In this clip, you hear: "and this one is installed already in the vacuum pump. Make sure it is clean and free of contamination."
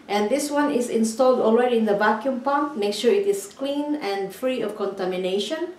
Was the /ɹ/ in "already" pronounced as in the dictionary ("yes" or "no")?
no